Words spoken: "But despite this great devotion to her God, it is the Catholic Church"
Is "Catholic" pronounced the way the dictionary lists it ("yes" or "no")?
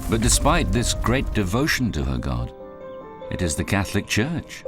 yes